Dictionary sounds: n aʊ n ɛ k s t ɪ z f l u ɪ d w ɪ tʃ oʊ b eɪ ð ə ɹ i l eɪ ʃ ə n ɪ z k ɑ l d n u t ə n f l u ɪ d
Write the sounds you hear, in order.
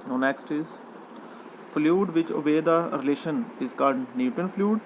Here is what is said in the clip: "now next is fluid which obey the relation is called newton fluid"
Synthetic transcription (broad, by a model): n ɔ n ɛ k s t ɪ z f l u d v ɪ tʃ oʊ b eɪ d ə ɹ i l eɪ ʃ ə n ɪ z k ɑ d n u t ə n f l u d